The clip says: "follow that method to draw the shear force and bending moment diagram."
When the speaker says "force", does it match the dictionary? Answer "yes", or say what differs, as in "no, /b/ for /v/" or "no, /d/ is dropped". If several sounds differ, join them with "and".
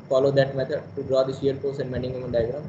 no, /p/ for /f/